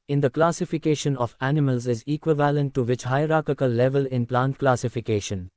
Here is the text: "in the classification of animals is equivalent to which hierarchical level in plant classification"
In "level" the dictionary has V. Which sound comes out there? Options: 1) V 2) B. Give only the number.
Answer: 1